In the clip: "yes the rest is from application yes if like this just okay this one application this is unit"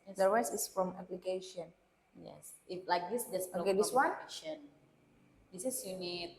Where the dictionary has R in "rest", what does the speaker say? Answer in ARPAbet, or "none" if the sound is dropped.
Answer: W